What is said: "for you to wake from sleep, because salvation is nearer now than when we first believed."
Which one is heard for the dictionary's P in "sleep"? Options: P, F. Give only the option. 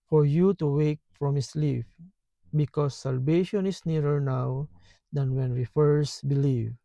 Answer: F